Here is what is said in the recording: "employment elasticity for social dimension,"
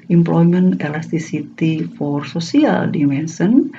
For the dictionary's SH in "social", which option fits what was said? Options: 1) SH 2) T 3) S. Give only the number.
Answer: 3